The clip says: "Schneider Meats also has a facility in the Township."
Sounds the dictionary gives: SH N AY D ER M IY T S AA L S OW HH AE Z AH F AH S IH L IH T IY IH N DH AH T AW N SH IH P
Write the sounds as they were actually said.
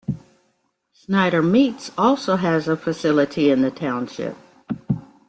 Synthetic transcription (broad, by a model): S N AY D ER M IY T S AA L S OW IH Z AH F AH S IH L IH T IY IH N DH AH T AW N SH IH P